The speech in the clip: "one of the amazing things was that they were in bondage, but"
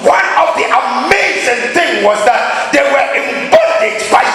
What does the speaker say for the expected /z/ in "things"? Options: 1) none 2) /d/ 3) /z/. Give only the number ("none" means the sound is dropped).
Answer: 1